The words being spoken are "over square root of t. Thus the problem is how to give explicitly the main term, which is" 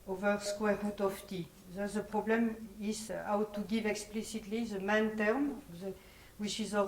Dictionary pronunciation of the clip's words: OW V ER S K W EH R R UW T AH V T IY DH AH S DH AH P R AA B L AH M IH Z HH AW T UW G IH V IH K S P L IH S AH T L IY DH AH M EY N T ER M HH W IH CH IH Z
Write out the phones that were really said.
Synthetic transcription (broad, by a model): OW V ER S K W EH R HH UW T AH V T IY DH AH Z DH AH P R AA B L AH M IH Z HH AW T UW G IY V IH K S P L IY S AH T L IY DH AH M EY N T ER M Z W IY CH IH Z